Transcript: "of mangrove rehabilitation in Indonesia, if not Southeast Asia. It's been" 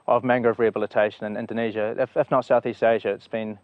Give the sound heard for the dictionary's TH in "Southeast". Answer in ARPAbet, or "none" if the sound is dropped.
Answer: TH